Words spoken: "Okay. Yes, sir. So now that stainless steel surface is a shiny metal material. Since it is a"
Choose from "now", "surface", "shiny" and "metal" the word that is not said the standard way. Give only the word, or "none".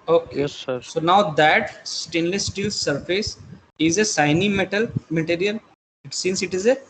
shiny